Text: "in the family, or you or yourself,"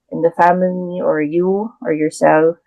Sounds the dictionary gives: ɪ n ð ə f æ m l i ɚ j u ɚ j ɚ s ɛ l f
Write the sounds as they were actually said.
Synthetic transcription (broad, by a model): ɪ n ð ə f æ m l i ɚ j u ɚ j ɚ s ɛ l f